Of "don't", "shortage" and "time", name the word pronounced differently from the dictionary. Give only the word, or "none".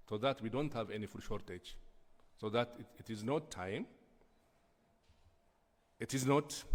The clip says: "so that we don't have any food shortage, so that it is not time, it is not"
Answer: none